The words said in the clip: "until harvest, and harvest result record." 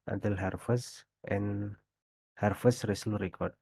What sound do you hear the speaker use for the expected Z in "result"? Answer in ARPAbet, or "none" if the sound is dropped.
S